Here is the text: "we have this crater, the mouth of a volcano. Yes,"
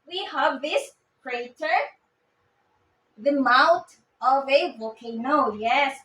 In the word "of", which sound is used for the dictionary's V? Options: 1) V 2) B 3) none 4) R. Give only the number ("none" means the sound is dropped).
1